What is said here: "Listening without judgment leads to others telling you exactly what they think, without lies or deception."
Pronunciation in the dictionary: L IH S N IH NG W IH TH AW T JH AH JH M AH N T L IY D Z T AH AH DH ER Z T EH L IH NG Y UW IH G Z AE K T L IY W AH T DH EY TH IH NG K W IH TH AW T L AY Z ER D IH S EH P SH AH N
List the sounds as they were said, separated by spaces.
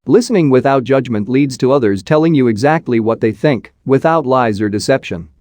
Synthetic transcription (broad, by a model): L IH S N IH NG W IH TH AW T JH AH JH M AH N T L IY D Z T AH AH DH ER Z T EH L IH NG Y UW IH G Z AE K T L IY W AH T DH EY TH IH NG K W IH TH AW T L AY Z ER D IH S EH P SH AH N